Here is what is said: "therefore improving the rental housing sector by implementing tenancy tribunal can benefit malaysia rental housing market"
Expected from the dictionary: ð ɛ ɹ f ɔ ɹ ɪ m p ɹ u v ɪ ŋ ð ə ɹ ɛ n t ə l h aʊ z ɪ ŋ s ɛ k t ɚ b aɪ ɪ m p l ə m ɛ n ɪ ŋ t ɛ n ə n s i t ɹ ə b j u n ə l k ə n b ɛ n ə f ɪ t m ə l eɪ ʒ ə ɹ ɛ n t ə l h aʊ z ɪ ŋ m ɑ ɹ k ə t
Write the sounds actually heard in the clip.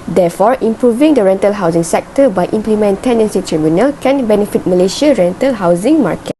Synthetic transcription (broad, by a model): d ɛ f ɔ ɹ ɪ m p ɹ u v ɪ ŋ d ə ɹ ɛ n t ə l h aʊ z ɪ ŋ s ɛ k t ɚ b aɪ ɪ m p l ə m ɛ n t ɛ n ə n s i t ɹ ə b j u n ə l k ə n b ɛ n ə f ɪ t m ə l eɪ ʃ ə ɹ ɛ n t ə l h aʊ z ɪ ŋ m ɑ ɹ k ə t